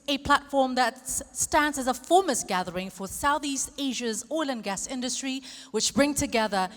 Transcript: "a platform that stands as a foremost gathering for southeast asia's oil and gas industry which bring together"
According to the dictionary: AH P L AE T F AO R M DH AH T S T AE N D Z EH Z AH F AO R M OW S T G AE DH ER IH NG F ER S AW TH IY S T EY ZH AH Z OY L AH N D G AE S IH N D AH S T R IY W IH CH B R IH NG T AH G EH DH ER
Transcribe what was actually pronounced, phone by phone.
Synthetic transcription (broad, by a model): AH P L AE T F AO R M DH AH T S T AE N D Z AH Z AH F AO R M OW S G AE DH ER IH NG F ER S AW TH IY S T EY ZH AH Z OY L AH N G AE S IH N D AH S T R IY W IH CH B R IH NG T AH G EH DH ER